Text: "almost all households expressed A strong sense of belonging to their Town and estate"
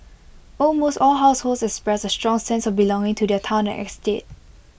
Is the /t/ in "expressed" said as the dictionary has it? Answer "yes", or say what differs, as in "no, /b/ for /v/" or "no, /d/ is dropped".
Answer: no, /t/ is dropped